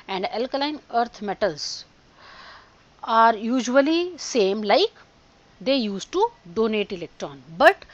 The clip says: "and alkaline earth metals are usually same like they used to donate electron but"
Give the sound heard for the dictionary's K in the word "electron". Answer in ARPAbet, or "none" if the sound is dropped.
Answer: K